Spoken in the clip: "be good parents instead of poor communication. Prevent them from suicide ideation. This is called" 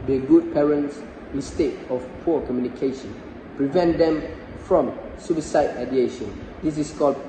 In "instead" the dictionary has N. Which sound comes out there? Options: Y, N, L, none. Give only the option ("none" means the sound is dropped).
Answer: none